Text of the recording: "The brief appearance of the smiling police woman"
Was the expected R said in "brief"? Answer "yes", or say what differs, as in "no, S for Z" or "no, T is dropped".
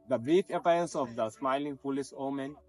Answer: no, R is dropped